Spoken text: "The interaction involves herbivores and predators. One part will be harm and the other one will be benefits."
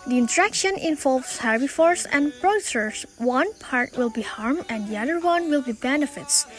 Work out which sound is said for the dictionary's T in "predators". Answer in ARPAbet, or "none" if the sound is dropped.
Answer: S